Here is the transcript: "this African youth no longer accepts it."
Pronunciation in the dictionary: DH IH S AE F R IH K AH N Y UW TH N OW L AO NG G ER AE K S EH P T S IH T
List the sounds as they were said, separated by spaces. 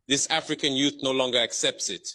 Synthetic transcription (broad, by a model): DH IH S AE F R IH K AH N Y UW TH N OW L AO NG G ER AE K S EH P T S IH T